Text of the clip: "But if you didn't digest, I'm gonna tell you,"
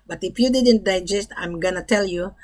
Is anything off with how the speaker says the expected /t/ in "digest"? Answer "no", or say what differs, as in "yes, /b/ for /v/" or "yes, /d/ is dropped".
no